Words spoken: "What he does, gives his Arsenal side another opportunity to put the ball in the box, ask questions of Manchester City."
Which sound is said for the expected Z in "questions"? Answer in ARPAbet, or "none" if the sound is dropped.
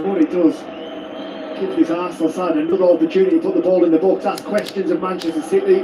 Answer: Z